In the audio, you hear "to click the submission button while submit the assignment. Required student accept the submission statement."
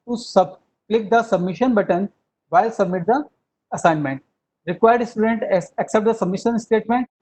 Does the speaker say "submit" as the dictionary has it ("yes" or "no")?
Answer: yes